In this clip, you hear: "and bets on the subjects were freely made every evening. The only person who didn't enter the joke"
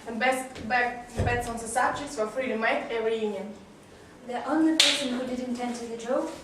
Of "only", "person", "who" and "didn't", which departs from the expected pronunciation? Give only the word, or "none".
none